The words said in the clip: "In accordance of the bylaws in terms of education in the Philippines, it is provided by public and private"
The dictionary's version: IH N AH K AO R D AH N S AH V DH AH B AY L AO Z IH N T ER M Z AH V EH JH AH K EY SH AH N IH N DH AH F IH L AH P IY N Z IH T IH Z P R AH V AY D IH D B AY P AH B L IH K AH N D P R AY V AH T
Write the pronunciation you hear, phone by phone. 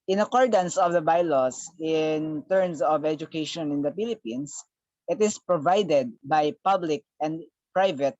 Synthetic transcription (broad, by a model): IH N AH K AO R D AH N S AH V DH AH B AY L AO S IH N T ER M S AH V EH JH AH K EY SH AH N IH N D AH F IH L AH P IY N S IH T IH S P R AH V AY D IH D B AY P AH B L IH K AH N D P R AY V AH T